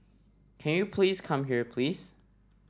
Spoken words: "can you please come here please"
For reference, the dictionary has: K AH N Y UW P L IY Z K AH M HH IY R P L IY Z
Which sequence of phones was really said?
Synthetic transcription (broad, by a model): K AH N Y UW P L IY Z K AH M HH IY R P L IY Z